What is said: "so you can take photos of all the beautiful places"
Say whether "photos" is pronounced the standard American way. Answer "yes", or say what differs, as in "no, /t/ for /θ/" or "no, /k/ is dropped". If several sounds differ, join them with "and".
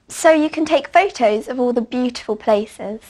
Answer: yes